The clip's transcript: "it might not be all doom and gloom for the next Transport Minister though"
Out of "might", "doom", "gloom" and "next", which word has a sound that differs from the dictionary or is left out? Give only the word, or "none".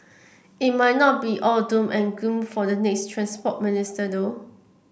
gloom